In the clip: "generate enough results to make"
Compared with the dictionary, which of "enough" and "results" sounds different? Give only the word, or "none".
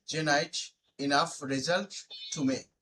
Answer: results